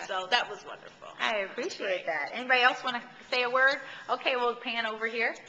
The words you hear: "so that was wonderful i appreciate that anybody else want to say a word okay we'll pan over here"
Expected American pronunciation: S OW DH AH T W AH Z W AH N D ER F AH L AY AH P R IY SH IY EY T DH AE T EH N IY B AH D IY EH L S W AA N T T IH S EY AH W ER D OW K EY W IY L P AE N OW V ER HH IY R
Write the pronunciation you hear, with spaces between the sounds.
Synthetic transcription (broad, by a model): S OW DH AH T W AH Z W AH N D ER F L AY AH P R IY SH IY EY T DH AE T EH N IY B AH D IY EH L S W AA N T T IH S EY AH W ER D OW K EY W IY L P AE N OW V ER HH IY R